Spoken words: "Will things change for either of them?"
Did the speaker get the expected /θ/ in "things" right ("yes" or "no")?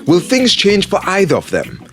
yes